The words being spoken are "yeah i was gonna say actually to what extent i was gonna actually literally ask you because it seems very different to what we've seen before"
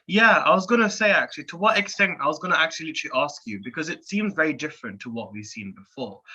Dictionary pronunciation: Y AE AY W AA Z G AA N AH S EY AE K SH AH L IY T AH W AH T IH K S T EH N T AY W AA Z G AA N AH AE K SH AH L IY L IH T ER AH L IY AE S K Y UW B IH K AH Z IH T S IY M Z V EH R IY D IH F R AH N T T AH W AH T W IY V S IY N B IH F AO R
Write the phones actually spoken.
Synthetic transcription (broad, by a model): Y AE AY W AA Z G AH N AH S EY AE K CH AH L IY T AH W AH T IH K S T EH N T AY W AA Z G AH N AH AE K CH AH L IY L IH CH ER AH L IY S K Y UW B IH K AH Z IH T S IY M Z V EH R IY D IH F R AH N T T AH W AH T W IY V S IY N B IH F AO R